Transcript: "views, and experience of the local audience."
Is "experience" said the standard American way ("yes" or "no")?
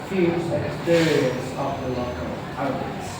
yes